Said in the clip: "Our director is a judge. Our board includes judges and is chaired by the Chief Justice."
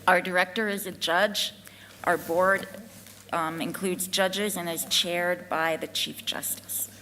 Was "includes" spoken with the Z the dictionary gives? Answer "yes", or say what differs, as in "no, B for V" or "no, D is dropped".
yes